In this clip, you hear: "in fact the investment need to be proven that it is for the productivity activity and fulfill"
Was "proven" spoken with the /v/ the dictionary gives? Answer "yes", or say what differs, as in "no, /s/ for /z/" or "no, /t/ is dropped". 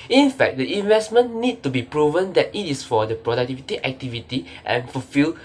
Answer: yes